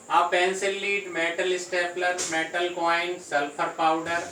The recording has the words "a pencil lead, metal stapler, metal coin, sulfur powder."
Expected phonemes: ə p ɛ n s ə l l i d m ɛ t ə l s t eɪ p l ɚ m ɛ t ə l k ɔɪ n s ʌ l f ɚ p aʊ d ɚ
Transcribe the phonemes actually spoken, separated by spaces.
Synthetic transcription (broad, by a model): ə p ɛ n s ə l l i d m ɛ t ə l s t eɪ p l ɚ m ɛ t ə l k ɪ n s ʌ l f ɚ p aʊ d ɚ